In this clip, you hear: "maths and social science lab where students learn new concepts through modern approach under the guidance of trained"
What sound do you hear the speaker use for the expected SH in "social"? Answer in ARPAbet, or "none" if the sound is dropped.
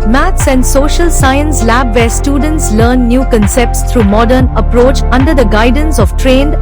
SH